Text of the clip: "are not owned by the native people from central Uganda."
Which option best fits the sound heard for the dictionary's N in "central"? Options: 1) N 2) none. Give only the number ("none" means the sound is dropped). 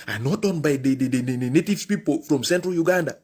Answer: 1